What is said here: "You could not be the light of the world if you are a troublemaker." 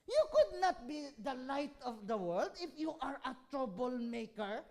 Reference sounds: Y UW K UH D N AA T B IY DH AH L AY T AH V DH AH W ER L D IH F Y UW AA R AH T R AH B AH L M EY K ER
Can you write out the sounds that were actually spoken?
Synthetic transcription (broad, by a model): Y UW K UH D N AA T B IY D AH L AY T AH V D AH W ER L D IH F Y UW AA R AH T R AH B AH L M EY K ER